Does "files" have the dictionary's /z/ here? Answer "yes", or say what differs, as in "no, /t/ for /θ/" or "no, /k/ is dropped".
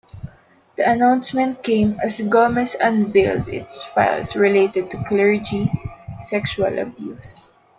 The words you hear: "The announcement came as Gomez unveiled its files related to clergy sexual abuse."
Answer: no, /s/ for /z/